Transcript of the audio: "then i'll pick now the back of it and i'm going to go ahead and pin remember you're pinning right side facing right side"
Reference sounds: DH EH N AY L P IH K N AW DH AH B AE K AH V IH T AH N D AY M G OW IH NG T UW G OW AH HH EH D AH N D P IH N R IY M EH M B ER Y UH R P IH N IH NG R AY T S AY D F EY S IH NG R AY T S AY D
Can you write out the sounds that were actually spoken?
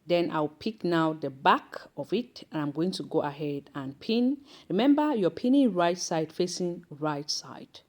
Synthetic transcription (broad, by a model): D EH N AY W P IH K N AW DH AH B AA K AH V IH T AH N AY M G OW IH NG T UW G OW AH HH EH D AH N P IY N R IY M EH M B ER Y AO P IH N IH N R AY T S AY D F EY S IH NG R AY T S AY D